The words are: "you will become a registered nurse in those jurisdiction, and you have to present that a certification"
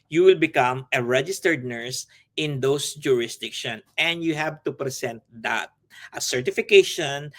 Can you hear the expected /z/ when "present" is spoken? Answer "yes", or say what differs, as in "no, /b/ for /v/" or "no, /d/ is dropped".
no, /s/ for /z/